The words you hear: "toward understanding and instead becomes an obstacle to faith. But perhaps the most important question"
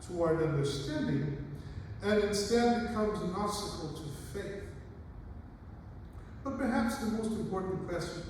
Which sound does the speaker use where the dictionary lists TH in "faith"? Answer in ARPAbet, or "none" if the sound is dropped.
TH